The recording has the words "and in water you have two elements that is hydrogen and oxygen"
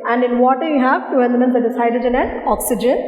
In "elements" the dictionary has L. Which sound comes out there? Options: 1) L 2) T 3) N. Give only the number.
3